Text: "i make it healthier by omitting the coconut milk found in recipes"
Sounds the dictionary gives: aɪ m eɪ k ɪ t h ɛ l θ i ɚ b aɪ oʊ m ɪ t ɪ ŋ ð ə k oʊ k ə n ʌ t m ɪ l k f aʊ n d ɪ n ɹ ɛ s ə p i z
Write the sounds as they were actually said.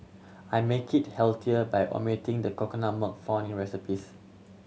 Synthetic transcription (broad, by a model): aɪ m eɪ k ɪ t h ɛ l t i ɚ b aɪ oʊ m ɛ t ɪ ŋ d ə k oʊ k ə n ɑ m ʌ k f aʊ n ɪ n ɹ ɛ s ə p i s